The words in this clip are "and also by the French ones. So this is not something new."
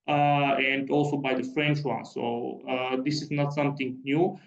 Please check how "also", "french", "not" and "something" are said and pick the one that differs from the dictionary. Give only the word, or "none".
something